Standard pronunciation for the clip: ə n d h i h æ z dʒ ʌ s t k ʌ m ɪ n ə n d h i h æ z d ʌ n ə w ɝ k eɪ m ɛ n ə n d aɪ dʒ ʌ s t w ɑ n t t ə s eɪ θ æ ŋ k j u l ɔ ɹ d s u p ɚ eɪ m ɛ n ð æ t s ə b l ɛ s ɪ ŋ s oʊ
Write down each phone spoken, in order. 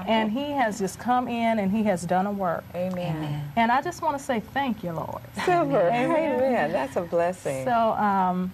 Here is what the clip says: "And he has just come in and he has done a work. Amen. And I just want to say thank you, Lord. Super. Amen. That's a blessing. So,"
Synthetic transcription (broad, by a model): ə n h i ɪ z dʒ ʌ s k ʌ m ɪ n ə n i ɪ z d ʌ n ə w ɝ k eɪ m ɛ n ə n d aɪ dʒ ʌ s t w ɑ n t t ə s eɪ θ æ ŋ k j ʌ l ɔ ɹ d s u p ɚ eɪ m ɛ n ð æ t s ə b l ɛ s ɪ ŋ s oʊ